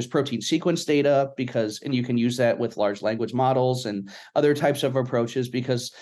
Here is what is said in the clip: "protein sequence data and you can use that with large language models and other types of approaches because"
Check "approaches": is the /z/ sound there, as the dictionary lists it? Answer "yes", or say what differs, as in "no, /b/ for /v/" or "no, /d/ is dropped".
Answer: yes